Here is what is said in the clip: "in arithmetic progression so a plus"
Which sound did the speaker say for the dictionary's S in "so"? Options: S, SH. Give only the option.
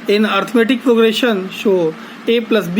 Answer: SH